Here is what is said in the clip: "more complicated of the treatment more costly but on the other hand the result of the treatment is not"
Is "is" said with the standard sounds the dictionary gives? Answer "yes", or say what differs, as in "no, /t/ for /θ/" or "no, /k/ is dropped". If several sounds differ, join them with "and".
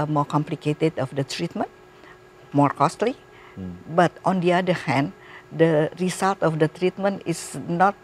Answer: no, /s/ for /z/